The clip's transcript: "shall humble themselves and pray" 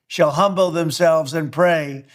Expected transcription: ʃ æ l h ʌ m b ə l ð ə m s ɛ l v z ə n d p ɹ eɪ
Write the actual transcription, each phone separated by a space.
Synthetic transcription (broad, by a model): ʃ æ l h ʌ m b l ð ə m s ɛ l v z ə n p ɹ eɪ